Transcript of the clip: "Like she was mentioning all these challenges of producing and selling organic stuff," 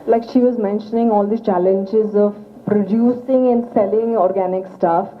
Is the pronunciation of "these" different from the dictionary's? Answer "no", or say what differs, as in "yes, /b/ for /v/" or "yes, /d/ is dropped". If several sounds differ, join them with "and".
yes, /z/ is dropped